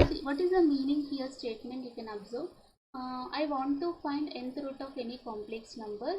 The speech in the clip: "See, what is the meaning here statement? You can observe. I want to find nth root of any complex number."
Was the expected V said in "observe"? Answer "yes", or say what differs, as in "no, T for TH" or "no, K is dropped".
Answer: no, B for V